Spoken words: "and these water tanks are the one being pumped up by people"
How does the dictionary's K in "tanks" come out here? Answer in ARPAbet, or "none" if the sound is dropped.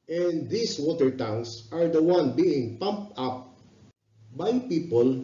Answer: none